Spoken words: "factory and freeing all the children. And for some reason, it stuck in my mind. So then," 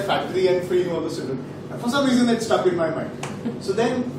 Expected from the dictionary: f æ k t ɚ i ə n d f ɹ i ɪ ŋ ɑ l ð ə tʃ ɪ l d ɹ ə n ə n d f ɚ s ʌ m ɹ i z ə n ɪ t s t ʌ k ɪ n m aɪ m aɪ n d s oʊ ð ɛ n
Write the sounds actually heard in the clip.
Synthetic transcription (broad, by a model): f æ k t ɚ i ə n d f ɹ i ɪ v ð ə s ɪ d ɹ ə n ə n f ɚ s ʌ m ɹ i z ə n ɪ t s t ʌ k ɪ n m aɪ m aɪ n d s oʊ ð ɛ n